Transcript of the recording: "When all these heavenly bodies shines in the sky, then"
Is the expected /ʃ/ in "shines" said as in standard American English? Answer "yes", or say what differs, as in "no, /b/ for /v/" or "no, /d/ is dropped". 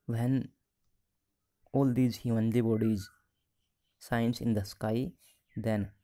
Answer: no, /s/ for /ʃ/